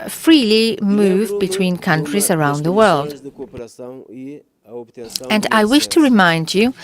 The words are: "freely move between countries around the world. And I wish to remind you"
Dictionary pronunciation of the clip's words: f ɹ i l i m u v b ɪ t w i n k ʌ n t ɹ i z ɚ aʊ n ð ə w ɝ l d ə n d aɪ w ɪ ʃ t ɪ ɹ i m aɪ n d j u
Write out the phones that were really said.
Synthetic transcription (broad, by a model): f ɹ i l i m u v b ɪ t w i n k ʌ n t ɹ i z ɚ aʊ n ð ə w ɝ l d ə n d aɪ w ɪ ʃ t ɪ ɹ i m aɪ n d j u